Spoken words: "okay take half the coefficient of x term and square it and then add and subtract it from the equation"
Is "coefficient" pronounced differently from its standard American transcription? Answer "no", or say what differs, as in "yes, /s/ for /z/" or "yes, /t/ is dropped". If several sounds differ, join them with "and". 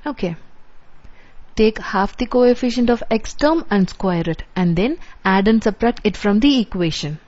no